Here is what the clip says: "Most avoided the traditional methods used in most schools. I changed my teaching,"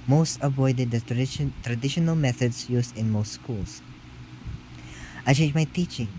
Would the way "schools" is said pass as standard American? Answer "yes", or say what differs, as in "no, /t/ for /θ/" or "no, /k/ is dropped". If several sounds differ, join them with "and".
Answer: no, /s/ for /z/